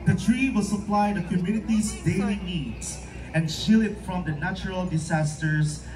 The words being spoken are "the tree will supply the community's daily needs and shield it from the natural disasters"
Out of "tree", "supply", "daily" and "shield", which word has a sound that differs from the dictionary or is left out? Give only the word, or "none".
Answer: shield